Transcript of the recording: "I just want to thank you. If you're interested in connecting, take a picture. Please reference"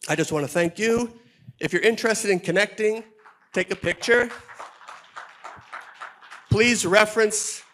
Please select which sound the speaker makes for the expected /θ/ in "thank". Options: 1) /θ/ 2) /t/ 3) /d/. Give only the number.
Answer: 1